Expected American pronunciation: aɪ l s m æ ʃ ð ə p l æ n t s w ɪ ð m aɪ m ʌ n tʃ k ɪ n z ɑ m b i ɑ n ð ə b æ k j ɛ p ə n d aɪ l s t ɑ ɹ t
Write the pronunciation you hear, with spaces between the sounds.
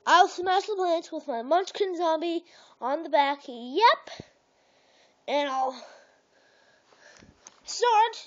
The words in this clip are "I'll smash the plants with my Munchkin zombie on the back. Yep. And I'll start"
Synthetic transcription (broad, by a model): aɪ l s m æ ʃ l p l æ n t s w ɪ ð m aɪ m ʌ n tʃ k ɪ n z ɑ m b i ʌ n ð ə b æ k j ɛ p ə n aɪ l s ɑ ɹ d